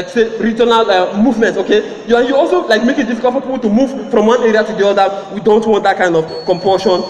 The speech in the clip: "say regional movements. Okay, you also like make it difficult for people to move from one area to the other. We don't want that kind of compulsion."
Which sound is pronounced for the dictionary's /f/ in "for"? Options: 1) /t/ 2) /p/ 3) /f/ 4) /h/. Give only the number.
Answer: 2